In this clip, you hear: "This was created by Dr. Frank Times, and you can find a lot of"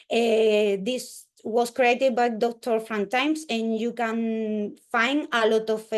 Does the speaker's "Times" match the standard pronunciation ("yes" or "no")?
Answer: no